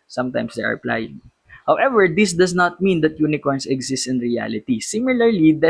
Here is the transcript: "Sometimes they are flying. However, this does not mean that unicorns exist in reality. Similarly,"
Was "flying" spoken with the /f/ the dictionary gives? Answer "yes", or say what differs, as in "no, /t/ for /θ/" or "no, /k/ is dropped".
no, /p/ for /f/